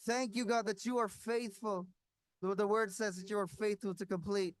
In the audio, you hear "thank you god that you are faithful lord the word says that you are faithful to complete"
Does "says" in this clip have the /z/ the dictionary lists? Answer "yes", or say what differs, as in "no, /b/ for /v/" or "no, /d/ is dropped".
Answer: yes